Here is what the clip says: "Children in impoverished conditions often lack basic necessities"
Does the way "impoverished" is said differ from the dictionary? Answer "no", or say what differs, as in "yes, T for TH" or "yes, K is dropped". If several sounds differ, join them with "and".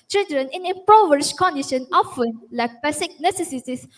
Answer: yes, R is dropped